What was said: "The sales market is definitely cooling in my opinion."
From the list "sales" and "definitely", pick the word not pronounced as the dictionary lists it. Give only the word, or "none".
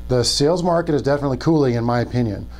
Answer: none